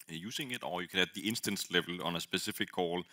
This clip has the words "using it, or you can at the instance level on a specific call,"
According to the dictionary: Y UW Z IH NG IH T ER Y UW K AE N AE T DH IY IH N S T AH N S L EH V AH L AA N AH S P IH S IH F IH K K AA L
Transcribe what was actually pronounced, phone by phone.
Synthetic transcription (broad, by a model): Y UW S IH NG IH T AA Y UW K AE N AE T DH IY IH N S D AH N S L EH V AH L AA N AH S B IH S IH F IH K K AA L